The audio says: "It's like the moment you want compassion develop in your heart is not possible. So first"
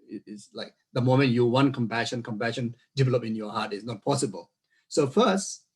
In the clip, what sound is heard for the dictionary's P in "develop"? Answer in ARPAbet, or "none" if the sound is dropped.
P